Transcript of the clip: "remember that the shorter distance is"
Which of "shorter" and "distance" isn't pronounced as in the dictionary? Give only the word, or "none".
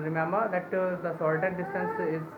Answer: shorter